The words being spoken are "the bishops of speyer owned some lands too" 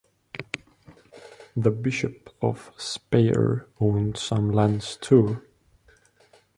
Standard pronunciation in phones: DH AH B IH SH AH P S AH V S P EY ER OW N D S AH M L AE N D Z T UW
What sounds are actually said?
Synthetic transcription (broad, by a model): DH AH B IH SH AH P AH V S P EY ER OW N D S AH M L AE N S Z T UW